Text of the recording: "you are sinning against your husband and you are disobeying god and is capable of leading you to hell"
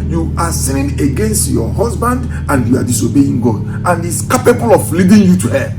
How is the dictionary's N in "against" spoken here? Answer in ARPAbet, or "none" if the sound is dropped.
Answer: N